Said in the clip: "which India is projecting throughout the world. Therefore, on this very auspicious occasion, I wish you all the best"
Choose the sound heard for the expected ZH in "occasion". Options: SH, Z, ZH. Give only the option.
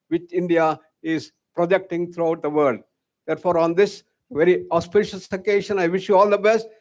SH